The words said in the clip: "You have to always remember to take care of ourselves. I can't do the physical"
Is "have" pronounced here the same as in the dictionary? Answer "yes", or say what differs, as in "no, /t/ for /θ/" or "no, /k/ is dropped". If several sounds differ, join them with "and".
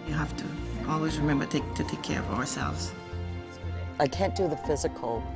no, /f/ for /v/